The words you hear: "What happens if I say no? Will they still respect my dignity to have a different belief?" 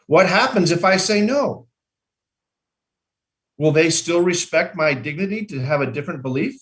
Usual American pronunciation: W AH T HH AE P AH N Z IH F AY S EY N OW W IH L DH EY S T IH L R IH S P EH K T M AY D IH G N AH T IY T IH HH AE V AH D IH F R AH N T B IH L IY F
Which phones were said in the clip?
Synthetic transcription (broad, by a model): W AH T HH AE P AH N Z IH F AY S EY N OW W IH L DH EY S T IH L R IH S P EH K T M AY D IH G N AH T IY T IH V AH D IH F R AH N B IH L IY F